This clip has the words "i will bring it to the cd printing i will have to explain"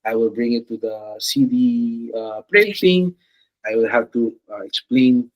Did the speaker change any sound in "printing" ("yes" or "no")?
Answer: yes